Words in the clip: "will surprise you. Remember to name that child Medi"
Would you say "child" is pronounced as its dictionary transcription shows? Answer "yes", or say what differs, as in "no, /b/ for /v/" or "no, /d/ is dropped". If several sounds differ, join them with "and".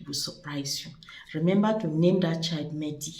no, /l/ is dropped